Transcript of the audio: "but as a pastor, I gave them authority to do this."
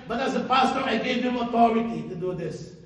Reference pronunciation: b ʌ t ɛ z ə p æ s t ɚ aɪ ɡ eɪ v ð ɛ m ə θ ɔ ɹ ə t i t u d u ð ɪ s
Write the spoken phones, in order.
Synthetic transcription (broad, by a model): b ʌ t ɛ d ə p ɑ s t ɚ aɪ ɡ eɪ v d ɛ m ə t ɔ ɹ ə t i t u d u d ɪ s